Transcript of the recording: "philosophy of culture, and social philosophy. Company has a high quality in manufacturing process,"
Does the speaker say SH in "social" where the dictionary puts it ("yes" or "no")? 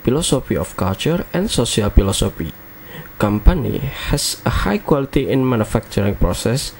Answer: no